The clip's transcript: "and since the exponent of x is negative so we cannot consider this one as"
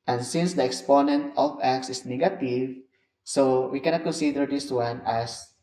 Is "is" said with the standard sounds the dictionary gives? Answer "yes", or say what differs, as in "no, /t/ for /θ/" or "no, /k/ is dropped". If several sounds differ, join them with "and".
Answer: no, /s/ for /z/